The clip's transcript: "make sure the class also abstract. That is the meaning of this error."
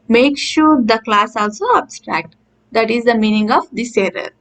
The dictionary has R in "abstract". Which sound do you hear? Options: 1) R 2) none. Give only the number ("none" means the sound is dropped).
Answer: 1